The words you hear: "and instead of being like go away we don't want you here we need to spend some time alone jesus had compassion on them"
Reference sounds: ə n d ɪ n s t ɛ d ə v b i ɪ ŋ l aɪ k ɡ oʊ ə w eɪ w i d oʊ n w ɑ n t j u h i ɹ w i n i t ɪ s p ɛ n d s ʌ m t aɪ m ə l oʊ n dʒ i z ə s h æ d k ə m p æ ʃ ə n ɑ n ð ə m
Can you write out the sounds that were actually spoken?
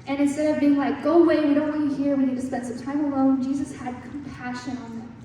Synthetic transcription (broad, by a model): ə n ɪ n s t ɛ d ə v b i ɪ ŋ l aɪ k ɡ oʊ ə w eɪ w i d oʊ n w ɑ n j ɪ h i ɹ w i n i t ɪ s p ɛ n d s ʌ m t aɪ m ə l oʊ n dʒ i z ə s h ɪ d k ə m p æ ʃ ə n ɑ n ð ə